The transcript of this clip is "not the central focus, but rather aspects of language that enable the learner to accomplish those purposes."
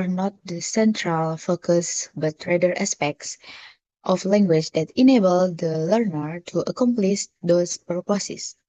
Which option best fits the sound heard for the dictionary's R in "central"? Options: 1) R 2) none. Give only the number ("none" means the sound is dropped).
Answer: 1